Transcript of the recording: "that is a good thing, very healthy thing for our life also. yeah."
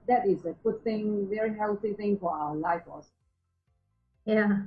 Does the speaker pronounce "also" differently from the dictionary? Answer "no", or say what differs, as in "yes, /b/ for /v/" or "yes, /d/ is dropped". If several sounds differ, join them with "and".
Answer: yes, /l/ is dropped